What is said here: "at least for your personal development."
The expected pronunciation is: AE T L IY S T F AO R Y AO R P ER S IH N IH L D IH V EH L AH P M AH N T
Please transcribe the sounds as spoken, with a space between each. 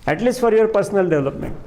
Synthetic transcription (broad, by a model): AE T L IY S T F AO R Y AO R P ER S IH N IH L D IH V L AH P M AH N T